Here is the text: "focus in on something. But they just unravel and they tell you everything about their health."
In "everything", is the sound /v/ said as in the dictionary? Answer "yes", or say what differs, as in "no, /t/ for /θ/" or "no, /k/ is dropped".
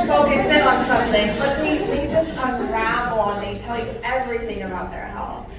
yes